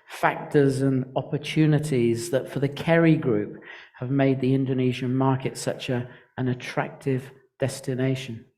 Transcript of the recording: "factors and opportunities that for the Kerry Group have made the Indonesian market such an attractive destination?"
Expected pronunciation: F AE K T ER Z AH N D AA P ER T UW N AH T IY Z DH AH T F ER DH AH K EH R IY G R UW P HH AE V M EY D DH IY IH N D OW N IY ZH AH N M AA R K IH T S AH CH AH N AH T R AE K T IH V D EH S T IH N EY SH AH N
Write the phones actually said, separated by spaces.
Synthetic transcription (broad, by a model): F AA K T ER Z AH N AA P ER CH UW N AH T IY Z DH AH T F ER DH AH K EH R IY G R UW P HH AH V M EY D DH IY IH N D OW N IY ZH AH N M AA R K IH T S AH CH AH N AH T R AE K T IH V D EH S T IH N EY SH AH N